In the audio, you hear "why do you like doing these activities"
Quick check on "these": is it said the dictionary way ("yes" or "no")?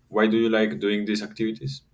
no